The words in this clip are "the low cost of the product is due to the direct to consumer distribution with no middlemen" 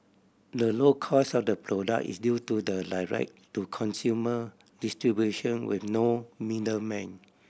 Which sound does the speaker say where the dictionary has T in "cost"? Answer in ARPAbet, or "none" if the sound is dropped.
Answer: none